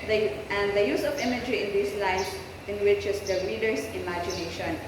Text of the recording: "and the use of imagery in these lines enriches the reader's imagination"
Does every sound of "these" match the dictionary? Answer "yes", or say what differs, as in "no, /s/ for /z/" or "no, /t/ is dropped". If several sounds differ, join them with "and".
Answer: no, /s/ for /z/